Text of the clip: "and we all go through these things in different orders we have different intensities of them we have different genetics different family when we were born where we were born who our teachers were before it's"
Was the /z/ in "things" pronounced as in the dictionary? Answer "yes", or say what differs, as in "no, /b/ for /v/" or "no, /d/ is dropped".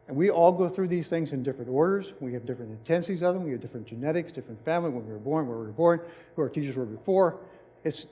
yes